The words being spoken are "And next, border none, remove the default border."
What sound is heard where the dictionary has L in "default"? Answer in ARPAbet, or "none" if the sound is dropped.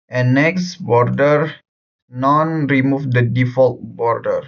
L